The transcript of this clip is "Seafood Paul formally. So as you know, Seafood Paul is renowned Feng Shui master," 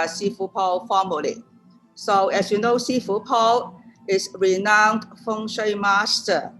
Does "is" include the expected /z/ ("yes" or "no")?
no